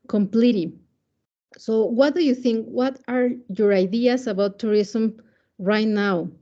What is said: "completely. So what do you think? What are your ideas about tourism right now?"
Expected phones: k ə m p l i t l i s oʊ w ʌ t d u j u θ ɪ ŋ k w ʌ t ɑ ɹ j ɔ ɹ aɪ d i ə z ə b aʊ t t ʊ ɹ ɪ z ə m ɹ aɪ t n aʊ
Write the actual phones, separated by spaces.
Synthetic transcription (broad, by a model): k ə m p l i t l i s oʊ w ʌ t d u j u θ ɪ ŋ k w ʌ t ɑ ɹ j ɔ ɹ aɪ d i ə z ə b aʊ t t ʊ ɹ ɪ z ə m ɹ aɪ t n aʊ